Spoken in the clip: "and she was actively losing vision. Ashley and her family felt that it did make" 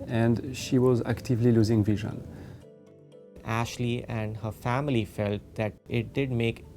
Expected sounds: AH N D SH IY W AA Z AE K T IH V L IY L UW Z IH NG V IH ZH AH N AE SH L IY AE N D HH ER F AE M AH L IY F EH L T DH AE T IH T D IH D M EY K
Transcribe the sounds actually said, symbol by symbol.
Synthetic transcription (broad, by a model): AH N D SH IY W AA Z AE K T IH V L IY L UW Z IH NG V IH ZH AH N AE SH L IY AE N D HH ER F AE M AH L IY F EH L T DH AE T IH T D IH D M EY K